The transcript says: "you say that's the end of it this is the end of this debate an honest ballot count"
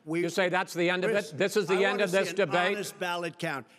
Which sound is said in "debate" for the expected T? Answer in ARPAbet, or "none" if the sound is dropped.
none